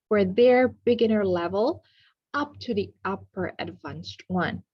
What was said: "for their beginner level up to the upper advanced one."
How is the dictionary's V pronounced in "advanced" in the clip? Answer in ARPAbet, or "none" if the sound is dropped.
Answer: V